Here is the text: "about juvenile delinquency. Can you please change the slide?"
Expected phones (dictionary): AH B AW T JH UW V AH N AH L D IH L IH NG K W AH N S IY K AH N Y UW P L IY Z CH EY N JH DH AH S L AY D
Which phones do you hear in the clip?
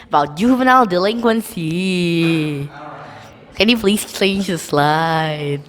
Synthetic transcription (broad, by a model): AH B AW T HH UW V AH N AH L D IH L IH NG K W AH N S IY K AH N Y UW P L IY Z CH EY N JH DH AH S L AY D